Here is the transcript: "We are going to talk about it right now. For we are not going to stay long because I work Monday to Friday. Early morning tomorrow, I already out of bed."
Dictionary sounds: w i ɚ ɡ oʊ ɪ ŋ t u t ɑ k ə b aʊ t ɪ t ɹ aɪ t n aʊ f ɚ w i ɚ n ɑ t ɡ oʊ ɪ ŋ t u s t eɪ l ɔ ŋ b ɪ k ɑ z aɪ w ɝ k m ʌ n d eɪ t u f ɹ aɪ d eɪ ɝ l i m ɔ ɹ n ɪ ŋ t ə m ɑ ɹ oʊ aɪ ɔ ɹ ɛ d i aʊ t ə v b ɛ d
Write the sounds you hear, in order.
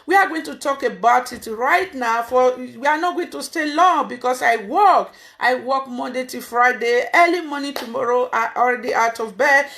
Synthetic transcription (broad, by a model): w i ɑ ɡ oʊ ɪ ŋ t u t ɑ k ə b aʊ t ɪ t ɹ aɪ t n aʊ f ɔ w i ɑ n ɑ t ɡ oʊ ɪ ŋ t u s t eɪ l ɔ ŋ b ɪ k ɑ s aɪ w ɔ k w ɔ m d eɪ t u f ɹ aɪ d eɪ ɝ l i m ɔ n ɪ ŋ t ə m ɑ ɹ oʊ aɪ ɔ ɹ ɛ d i aʊ t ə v b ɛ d